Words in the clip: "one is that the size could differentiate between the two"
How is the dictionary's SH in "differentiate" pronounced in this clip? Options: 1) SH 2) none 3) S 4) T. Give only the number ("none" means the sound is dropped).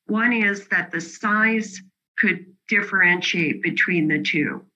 1